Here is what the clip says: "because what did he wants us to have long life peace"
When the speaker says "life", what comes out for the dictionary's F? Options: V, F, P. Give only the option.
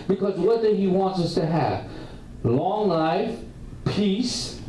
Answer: F